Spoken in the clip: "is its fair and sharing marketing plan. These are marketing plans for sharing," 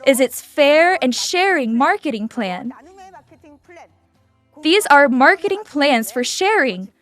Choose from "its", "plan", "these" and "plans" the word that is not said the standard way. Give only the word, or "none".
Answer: none